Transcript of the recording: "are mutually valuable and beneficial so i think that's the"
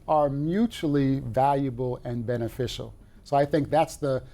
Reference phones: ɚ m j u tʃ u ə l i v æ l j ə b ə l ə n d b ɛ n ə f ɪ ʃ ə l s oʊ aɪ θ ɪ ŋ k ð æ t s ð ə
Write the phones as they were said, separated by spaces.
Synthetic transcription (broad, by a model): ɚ m j u tʃ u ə l i v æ l j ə b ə l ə n b ɛ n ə f ɪ ʃ l s oʊ aɪ θ ɪ ŋ k ð æ t s ð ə